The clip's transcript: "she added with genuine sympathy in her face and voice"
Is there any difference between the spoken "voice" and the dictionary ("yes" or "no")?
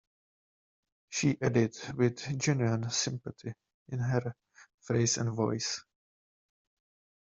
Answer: no